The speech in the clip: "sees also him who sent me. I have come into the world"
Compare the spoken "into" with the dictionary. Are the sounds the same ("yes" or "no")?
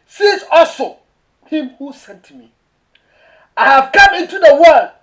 yes